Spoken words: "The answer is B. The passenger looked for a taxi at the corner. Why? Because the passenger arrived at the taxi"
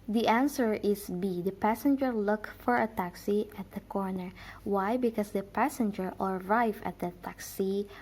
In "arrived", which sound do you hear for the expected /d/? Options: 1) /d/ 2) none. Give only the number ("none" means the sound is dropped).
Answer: 2